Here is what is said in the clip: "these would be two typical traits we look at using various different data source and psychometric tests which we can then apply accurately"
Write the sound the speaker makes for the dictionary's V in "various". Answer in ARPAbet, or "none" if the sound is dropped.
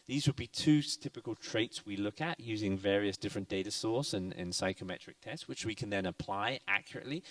V